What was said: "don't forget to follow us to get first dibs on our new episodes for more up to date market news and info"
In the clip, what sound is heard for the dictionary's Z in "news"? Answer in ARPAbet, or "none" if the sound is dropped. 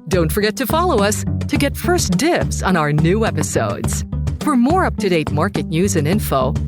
Z